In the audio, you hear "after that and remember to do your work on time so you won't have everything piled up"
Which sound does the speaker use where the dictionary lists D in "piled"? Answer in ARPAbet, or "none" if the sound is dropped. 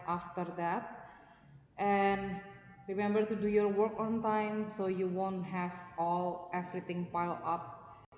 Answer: none